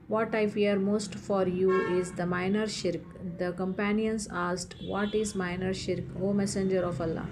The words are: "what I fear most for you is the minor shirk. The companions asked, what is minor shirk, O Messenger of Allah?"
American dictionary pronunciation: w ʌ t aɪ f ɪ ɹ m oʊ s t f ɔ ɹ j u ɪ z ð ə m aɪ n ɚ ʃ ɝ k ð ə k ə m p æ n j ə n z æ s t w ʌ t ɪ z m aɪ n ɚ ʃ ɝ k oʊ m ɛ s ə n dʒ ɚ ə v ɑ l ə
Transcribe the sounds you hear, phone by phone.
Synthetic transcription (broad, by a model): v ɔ t aɪ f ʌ ɹ m oʊ s t f ɔ ɹ j u ɪ z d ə m aɪ n ɚ ʃ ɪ k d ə k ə m p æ n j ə n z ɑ s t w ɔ t ɪ z m aɪ n ɚ ʃ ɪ k oʊ m ɛ s ə n dʒ ɚ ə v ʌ l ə